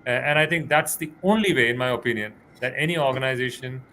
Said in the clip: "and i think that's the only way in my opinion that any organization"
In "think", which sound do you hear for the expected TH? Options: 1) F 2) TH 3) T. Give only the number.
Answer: 3